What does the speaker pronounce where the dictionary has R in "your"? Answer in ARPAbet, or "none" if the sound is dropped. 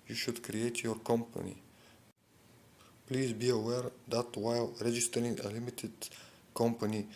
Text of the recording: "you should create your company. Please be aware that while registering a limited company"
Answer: R